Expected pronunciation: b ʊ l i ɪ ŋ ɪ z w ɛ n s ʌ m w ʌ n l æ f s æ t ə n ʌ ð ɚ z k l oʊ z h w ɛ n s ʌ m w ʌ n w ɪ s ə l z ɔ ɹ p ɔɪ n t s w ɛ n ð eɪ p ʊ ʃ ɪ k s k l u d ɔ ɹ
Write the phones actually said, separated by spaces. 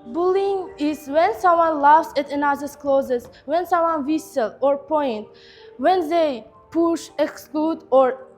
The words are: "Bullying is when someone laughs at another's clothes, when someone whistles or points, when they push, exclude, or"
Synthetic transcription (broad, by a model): b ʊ l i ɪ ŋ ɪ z w ɛ n s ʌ m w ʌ n l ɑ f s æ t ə n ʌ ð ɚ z k l oʊ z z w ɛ n s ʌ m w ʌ n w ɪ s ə l ɔ ɹ p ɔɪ n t w ɛ n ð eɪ p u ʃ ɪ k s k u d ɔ ɹ